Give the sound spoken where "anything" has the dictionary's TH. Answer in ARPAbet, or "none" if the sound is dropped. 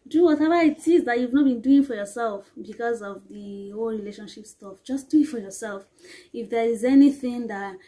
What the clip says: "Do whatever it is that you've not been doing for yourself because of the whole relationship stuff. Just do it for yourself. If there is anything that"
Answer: TH